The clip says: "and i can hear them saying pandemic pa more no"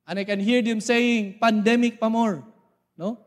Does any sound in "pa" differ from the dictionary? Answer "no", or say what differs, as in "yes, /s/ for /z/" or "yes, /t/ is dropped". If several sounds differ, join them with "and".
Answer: no